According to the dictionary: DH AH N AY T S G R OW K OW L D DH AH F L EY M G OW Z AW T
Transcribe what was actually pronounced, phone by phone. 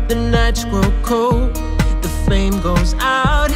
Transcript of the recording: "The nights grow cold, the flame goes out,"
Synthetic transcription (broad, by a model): DH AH N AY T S G R OW K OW L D DH AH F EY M G OW Z AW T